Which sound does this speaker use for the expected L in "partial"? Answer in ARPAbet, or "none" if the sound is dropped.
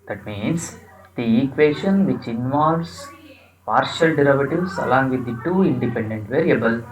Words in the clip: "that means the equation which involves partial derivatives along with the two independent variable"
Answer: L